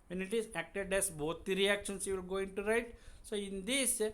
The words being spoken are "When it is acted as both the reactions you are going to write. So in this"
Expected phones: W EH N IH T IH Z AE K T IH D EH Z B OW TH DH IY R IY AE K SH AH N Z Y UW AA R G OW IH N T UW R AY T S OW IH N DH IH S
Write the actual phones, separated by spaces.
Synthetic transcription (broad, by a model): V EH N IH T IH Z AE K T IH D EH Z B OW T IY R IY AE K SH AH N S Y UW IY L G OW IH N T UW R AY T S OW IH N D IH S